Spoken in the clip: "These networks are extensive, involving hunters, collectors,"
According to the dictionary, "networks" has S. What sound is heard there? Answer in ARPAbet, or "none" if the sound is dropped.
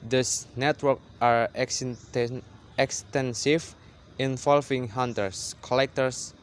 none